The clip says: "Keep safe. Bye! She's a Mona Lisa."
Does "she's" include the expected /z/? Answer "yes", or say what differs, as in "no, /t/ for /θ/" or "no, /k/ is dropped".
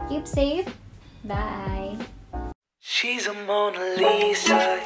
yes